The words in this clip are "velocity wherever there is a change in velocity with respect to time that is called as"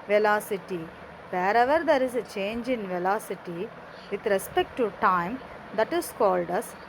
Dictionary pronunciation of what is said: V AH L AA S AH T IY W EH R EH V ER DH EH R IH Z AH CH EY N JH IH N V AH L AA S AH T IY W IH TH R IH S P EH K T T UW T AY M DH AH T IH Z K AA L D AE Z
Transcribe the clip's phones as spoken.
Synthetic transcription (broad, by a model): V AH L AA S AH T IY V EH R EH V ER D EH R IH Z AH CH EY N JH IH N V AH L AA S AH T IY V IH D R IH S P EH K T T UW T AY M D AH T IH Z K AA L D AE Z